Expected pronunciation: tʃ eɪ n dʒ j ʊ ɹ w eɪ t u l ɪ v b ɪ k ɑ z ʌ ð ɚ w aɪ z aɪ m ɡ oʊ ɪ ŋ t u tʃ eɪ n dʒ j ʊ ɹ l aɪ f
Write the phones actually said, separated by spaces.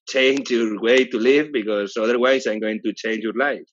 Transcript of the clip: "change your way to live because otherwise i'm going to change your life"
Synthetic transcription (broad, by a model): tʃ eɪ n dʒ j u ɹ w eɪ t u l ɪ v b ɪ k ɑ s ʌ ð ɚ w aɪ s aɪ m ɡ oʊ ɪ ŋ t u tʃ eɪ n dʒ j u ɹ l aɪ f